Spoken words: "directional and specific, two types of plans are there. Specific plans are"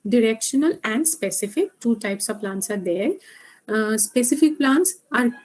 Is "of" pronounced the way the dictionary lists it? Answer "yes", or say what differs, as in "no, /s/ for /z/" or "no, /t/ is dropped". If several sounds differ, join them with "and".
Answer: yes